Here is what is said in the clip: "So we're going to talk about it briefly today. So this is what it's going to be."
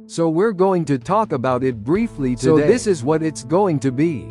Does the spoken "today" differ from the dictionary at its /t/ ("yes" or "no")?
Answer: yes